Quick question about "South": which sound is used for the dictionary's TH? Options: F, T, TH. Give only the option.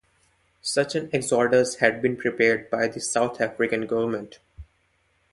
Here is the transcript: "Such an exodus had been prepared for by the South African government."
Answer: T